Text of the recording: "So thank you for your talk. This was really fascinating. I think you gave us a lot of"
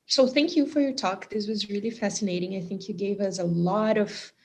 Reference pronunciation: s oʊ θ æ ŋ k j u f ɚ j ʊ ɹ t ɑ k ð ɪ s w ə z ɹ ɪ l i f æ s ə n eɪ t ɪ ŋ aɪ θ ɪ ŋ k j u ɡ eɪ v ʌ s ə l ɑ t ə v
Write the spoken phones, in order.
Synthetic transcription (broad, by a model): s oʊ θ æ ŋ k j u f ɚ j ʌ ɹ t ɑ k ð ɪ s w ə z ɹ ɪ l i f æ s ə n eɪ t ɪ ŋ aɪ θ ɪ ŋ k j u ɡ eɪ v ʌ s ə l ɑ t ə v